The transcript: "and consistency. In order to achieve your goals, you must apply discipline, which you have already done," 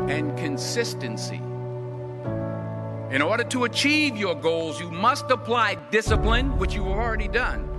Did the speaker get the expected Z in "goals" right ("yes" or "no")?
yes